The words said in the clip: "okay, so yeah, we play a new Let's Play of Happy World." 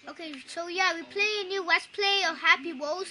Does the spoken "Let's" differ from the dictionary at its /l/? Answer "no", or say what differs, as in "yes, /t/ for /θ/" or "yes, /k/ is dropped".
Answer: yes, /w/ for /l/